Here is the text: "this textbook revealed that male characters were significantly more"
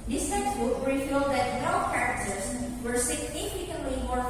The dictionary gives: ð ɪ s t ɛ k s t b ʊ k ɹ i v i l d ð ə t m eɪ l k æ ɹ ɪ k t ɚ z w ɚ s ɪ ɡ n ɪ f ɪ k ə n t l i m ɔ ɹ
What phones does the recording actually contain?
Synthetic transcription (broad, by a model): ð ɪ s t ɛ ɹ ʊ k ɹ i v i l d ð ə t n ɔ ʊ k æ ɹ ɪ k t ɚ z w ɚ s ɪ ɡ n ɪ f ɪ k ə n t l i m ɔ ɹ